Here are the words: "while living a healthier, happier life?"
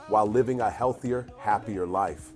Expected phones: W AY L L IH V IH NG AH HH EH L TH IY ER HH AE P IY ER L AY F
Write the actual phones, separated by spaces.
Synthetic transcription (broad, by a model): W AY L L IH V IH NG AH HH EH L TH IY ER HH AE P IY ER L AY F